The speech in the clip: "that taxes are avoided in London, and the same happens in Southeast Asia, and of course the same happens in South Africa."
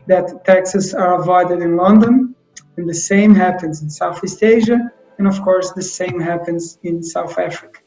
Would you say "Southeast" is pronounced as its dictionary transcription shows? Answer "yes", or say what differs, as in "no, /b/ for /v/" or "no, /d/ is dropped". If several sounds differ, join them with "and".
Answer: yes